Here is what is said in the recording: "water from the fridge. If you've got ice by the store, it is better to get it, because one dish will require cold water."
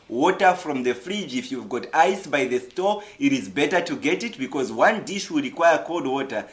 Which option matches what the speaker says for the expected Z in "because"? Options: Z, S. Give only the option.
Z